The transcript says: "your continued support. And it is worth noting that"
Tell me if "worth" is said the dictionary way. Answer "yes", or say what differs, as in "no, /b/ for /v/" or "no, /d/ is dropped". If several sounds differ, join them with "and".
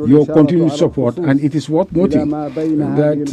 no, /t/ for /θ/